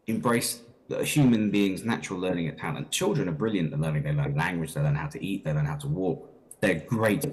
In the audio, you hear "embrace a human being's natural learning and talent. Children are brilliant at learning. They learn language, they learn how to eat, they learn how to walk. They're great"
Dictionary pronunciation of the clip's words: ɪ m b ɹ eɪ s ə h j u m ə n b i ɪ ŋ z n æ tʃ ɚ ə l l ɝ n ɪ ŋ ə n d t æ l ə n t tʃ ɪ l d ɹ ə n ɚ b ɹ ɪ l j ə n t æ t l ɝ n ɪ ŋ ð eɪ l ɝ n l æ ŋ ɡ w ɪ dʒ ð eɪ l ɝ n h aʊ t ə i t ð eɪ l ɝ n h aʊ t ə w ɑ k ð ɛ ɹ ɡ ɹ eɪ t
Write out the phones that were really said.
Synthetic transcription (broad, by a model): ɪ m b ɹ eɪ s ə h j u m ə n b i ɪ ŋ z n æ tʃ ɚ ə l l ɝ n ɪ ŋ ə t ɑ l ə n tʃ ɪ l d ɹ ə n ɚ b ɹ ɪ l j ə n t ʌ l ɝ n ɪ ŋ ð eɪ l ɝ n l æ ŋ ɡ w ɪ dʒ ð eɪ l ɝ n h aʊ t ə i t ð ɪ l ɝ n h aʊ t ə w ɑ k ð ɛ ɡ ɹ eɪ t